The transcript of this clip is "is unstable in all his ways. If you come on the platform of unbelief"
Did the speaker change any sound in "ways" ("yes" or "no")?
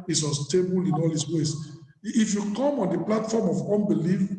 yes